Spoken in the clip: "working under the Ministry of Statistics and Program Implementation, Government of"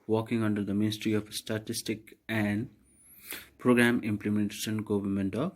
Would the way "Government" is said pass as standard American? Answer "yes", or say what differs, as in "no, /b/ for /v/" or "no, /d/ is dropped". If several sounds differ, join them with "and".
yes